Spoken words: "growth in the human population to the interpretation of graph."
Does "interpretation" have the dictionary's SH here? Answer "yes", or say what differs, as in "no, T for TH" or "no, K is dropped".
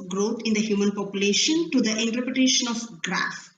yes